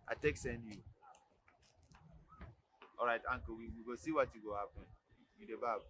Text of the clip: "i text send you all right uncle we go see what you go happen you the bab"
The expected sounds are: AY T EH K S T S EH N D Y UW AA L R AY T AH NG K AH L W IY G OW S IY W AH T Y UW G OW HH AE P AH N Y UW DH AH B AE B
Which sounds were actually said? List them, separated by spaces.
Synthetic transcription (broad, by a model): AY T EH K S S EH N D Y UW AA R AY T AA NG K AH W W IY G OW S IY W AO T Y UW G OW HH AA P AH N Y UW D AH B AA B